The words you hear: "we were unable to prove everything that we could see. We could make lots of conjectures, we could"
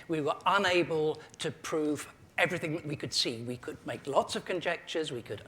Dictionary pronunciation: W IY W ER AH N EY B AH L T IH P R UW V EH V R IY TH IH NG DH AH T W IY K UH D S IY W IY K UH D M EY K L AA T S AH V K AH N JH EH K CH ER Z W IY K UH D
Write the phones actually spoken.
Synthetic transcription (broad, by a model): W IY W ER AH N EY B AH L T IH P R UW V EH V R IY TH IH NG DH AH T W IY K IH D S IY W IY K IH D M EY K L AA T S AH V K AH N JH EH K CH ER Z W IY K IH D